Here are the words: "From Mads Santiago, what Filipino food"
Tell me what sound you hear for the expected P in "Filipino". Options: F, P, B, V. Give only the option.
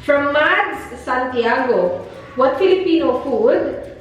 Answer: P